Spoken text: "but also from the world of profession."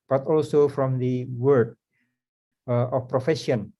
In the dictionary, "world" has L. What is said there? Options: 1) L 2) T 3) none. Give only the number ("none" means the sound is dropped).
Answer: 3